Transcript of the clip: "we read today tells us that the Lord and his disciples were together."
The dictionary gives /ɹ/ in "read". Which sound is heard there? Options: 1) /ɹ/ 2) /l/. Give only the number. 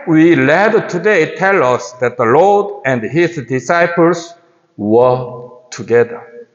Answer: 2